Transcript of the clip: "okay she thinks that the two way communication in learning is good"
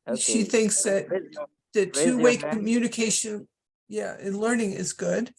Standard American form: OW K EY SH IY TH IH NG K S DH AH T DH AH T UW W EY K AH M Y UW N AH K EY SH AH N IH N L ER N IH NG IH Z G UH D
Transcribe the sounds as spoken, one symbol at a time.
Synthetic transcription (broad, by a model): SH IY TH IH NG K S DH AH T DH AH T UW W EY K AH M Y UW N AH K EY SH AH N IH N L ER N IH NG IH Z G UH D